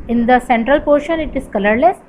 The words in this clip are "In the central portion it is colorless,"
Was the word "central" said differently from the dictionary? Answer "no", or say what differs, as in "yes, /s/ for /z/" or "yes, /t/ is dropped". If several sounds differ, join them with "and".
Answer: no